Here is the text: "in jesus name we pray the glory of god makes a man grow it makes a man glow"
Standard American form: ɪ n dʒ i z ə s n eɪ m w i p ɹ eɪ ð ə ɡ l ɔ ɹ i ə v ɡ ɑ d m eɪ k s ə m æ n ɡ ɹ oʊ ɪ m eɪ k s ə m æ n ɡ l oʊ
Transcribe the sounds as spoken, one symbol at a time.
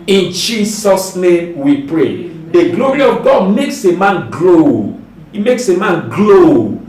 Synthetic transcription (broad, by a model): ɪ n dʒ i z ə s n eɪ m w i p ɹ eɪ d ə ɡ l ɔ ɹ i ə v ɡ ɑ d m eɪ k s ə m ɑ n ɡ l oʊ ɪ m eɪ k s ə m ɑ n ɡ l oʊ